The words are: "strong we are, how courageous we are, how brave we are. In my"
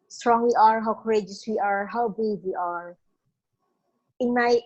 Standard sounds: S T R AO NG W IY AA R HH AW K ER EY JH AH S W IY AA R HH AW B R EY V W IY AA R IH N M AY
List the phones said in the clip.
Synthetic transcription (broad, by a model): S T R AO NG W IY AA R HH AW K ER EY JH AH S W IY AA R HH AW B EY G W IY AA R IH N M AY